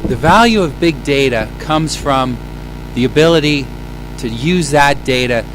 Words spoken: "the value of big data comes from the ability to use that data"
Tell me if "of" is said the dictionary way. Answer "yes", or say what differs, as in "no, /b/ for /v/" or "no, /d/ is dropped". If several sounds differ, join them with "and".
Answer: yes